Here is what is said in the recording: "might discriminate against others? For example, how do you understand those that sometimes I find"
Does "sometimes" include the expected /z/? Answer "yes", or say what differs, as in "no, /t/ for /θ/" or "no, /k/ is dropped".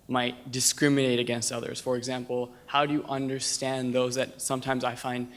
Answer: yes